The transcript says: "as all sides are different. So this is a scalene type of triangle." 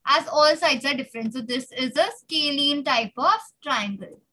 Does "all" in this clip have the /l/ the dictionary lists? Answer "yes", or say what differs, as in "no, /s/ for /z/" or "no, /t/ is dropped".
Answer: yes